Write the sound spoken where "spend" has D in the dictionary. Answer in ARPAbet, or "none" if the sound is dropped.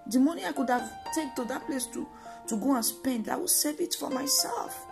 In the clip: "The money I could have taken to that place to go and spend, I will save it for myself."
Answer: D